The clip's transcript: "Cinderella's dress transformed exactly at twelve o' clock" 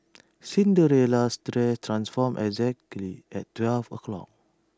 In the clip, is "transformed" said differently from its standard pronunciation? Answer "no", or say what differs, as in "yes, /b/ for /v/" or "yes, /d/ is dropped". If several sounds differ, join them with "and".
yes, /d/ is dropped